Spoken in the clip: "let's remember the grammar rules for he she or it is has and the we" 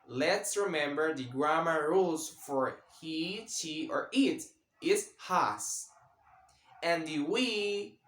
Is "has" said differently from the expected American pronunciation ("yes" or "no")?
yes